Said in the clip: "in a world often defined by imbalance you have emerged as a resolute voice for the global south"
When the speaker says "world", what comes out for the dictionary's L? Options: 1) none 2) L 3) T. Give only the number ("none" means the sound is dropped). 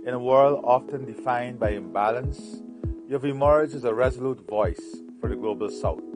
2